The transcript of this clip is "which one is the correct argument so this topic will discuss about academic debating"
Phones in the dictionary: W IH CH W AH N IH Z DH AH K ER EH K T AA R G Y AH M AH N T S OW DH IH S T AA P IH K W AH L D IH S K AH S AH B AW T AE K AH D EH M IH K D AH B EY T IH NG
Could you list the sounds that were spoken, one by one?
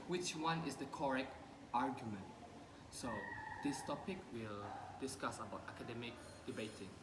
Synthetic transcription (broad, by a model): W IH CH W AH N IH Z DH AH K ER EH K T AA R G Y AH M AH N T S OW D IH S T AA P IH K W AH L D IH S K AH S AH B AW T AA K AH D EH M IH K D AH B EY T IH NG